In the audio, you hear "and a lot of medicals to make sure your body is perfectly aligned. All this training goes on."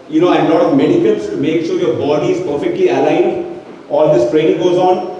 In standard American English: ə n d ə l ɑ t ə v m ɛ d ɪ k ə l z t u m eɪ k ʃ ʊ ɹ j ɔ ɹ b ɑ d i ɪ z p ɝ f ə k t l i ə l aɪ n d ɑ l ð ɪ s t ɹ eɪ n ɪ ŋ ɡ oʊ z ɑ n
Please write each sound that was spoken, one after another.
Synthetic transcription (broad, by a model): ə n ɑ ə l ɑ t ə v m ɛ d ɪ k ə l s t u m eɪ k ʃ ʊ ɹ j ɔ ɹ b ɑ d i ɪ z p ɝ f ə k t l i ə l aɪ n d ɑ l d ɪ s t ɹ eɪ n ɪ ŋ ɡ oʊ z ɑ n